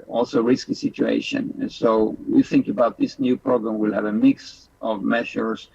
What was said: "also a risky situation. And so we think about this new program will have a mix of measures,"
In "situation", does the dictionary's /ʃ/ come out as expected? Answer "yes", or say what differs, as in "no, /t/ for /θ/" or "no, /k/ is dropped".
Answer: no, /ʃ/ is dropped